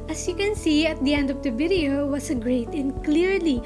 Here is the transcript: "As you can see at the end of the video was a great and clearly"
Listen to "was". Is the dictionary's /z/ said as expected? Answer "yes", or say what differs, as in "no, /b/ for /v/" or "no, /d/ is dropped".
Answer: no, /s/ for /z/